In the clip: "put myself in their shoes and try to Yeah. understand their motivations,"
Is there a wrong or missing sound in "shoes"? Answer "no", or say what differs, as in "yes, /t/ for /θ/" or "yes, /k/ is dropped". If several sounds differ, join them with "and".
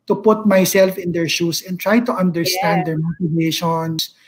yes, /s/ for /z/